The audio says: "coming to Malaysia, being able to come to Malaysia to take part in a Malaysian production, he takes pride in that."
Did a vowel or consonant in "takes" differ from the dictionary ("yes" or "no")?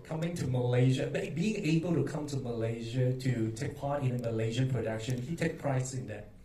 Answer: yes